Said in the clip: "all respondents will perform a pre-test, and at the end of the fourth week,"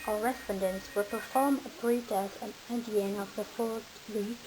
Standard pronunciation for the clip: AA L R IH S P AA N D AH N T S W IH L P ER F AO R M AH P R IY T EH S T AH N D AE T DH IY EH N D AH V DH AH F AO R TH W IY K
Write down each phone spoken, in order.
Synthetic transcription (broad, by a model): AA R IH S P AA N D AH N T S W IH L P ER F AO R M AH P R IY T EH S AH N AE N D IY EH N AH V DH AH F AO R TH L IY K